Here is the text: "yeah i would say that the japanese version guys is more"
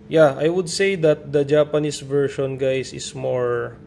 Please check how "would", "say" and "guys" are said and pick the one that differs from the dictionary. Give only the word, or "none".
guys